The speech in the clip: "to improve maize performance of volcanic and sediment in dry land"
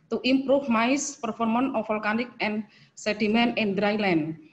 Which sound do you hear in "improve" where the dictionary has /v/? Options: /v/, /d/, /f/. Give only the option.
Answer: /f/